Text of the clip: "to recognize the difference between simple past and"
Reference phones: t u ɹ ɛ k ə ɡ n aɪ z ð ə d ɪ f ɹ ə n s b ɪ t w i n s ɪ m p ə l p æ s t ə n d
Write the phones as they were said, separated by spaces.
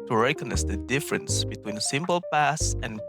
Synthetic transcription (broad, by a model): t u ɹ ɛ k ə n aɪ s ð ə d ɪ f ɹ ə n s b ɪ t w i n s ɪ m p ə l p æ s ə n